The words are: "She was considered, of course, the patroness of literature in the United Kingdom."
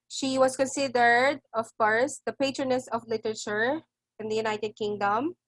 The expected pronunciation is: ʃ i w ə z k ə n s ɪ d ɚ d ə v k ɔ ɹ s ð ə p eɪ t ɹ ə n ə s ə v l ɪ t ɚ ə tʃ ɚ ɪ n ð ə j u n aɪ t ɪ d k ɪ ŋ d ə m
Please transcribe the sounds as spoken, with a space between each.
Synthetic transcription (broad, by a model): ʃ i w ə s k ə n s ɪ d ɚ d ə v k ɔ ɹ s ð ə p eɪ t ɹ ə n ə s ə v l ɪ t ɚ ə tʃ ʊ ɪ n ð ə j u n aɪ t ɪ d k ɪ ŋ d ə m